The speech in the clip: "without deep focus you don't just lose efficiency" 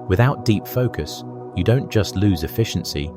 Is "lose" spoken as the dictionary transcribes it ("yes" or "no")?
yes